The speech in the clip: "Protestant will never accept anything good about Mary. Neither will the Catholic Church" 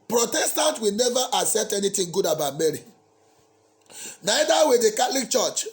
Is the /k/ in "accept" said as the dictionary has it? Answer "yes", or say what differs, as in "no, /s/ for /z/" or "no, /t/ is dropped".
no, /k/ is dropped